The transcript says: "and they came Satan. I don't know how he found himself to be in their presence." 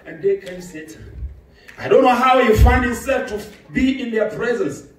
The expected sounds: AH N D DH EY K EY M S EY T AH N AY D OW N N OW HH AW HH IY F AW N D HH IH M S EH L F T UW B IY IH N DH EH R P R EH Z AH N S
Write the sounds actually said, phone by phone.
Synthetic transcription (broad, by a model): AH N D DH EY K EY M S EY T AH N AY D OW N N OW HH AW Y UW F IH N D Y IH S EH L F T UW B IY IH N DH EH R P R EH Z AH N S